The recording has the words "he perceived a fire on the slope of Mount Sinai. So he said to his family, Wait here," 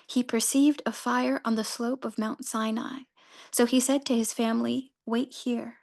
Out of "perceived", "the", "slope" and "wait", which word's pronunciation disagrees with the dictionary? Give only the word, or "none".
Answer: none